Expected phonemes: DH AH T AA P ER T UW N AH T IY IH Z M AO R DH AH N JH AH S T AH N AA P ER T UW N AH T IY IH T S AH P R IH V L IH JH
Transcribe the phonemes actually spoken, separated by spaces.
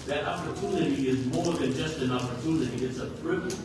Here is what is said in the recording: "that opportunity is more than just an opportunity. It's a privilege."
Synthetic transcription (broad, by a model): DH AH T AA P ER T UW N AH T IY IH Z M AO R DH AH N JH AH S T AH N AA P ER T UW N AH T IY IH T S AH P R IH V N